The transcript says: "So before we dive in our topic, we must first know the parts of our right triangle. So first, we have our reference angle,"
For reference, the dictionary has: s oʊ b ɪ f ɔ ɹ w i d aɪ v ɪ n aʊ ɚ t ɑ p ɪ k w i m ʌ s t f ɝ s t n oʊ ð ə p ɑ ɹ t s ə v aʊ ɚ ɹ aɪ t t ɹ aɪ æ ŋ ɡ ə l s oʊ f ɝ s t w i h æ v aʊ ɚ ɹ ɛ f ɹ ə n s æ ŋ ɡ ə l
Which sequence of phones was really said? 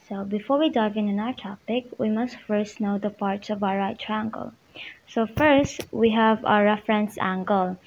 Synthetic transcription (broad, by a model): s oʊ b ɪ f ɔ ɹ w i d aɪ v ɪ n aʊ ɚ t ɑ p ɪ k w i m ʌ s t f ɝ s t n oʊ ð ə p ɑ ɹ t s ə v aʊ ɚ ɹ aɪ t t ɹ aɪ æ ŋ ɡ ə l s oʊ f ɝ s t w i h æ v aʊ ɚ ɹ ɛ f ɹ ə n s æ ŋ ɡ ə l